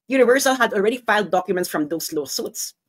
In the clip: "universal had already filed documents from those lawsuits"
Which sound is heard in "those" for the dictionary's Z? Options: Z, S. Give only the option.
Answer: S